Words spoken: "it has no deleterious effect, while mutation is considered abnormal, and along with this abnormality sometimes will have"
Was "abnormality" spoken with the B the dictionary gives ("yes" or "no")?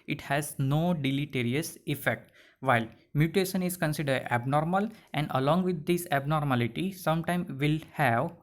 yes